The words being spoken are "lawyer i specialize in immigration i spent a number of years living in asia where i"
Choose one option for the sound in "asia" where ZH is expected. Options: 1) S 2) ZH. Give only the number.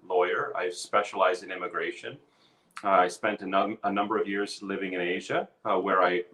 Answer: 2